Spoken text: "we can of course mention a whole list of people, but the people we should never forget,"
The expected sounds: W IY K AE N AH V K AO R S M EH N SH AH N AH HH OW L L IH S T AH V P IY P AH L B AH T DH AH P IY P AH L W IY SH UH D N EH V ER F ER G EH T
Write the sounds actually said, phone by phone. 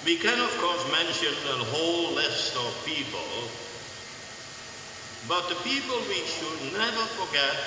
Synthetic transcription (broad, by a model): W IY K AE N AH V K AO R S M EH N SH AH N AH HH OW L L IH S T AH V P IY P AH L B AH T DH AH P IY P AH L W IY SH UH D N EH V ER F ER G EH T